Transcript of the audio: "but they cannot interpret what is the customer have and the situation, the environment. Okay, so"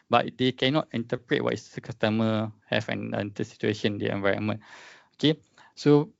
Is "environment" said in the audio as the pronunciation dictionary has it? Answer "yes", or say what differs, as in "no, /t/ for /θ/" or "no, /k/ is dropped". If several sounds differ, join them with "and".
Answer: no, /t/ is dropped